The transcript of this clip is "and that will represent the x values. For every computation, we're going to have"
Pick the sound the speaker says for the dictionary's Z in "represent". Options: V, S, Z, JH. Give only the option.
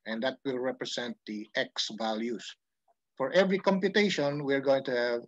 S